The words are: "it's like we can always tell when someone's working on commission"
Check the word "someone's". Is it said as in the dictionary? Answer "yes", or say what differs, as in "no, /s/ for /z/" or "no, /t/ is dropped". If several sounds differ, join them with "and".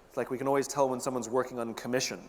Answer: yes